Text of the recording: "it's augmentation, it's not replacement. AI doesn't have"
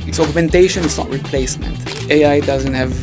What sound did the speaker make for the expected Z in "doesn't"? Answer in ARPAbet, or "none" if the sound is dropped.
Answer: Z